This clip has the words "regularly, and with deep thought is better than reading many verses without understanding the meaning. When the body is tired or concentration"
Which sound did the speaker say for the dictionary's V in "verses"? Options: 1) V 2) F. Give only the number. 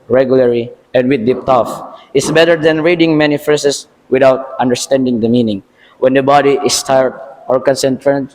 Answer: 2